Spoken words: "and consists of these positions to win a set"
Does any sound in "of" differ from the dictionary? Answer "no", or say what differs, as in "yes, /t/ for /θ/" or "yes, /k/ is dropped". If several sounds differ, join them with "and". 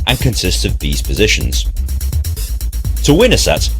no